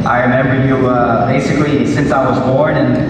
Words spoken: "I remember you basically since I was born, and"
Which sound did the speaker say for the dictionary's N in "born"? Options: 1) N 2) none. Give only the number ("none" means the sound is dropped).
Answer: 1